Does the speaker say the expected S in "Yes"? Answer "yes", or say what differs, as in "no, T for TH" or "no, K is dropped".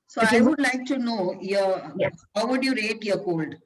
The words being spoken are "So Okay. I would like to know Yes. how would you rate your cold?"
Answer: no, S is dropped